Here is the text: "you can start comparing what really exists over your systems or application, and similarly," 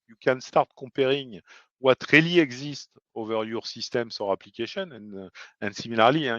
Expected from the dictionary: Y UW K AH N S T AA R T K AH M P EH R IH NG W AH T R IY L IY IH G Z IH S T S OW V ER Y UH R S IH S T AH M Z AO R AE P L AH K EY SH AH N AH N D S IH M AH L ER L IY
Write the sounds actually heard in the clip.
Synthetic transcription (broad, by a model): Y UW K AH N S T AA R T K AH P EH R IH NG W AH T R IY L IY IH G Z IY S T OW V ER Y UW R S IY S T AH M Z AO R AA P L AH K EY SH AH N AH N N S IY M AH L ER L IY